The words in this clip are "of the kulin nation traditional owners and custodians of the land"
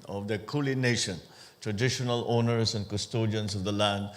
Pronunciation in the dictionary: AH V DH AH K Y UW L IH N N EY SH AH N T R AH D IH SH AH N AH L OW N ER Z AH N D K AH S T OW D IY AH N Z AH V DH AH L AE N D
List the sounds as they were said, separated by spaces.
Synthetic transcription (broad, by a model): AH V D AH K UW L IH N N EY SH AH N T R AH D IH SH AH N AH L OW N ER S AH N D K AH S T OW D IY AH N S AH V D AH L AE N D